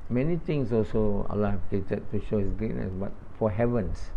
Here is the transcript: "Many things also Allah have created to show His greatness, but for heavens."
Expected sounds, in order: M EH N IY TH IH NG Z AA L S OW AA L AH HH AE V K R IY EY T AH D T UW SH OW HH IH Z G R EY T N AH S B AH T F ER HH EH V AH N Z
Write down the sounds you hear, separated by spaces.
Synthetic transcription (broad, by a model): M EH N IY T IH NG S AA L S OW AA L AH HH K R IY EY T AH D T UW SH OW HH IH S G R EY T N AH S B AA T F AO HH EH V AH N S